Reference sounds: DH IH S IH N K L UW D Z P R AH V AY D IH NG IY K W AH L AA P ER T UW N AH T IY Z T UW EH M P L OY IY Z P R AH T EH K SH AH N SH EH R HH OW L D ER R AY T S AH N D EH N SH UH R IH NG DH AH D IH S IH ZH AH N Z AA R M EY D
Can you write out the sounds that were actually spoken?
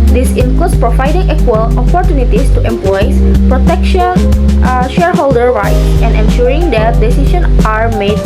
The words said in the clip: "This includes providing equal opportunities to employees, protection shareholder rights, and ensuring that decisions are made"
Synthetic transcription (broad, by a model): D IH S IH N K L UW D S P R AH V AY D IH NG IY K W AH L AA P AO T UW N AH T IY S T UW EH M P L OY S P R AH T EH K SH AH N SH EH R HH OW L D ER R AY T S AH N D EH N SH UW R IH NG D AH D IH S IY SH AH N AA R M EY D